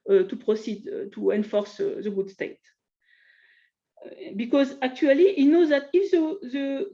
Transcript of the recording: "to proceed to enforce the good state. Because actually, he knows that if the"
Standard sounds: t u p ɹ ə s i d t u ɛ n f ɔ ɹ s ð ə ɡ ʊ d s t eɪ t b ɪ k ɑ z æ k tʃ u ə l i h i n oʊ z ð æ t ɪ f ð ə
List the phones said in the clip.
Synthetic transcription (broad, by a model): t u p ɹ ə s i d t u ɛ n f ɔ ɹ s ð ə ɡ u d s t eɪ t b ɪ k ɑ z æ k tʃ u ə l i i n oʊ z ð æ t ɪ f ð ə